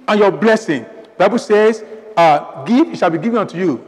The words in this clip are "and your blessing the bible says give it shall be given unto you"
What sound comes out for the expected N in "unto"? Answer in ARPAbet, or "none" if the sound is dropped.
N